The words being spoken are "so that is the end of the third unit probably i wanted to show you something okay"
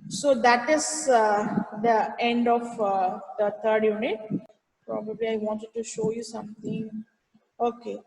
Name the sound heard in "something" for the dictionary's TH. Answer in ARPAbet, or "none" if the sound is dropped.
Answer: T